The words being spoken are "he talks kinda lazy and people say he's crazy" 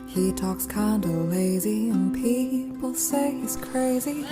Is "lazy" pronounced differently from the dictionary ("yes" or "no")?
no